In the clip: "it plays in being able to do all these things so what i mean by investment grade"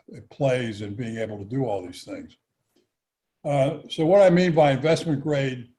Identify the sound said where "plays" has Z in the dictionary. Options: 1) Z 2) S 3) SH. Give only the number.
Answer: 1